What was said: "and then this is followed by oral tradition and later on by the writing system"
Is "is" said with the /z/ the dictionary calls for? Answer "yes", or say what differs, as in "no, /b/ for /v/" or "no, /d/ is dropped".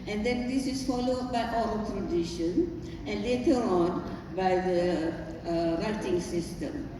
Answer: no, /s/ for /z/